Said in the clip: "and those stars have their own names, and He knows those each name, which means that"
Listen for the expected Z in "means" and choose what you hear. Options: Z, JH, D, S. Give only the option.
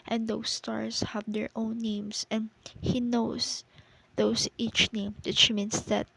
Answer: S